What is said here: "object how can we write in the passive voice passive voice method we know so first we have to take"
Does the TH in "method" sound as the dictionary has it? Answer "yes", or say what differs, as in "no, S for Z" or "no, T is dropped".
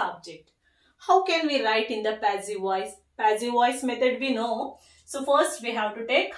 no, T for TH